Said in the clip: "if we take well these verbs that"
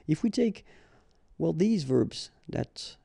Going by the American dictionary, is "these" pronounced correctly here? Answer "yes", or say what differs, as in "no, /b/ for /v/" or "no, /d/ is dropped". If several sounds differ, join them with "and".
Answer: yes